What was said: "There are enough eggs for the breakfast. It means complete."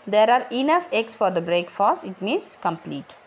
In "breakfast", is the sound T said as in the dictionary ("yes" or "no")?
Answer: no